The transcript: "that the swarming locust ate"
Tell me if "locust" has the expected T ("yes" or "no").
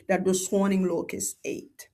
no